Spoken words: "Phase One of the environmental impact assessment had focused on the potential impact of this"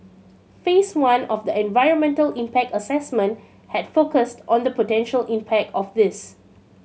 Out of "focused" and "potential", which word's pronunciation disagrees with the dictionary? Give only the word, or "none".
none